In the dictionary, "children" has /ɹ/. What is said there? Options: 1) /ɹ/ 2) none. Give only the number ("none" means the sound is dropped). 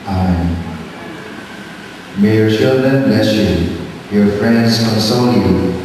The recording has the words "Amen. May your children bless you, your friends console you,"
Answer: 1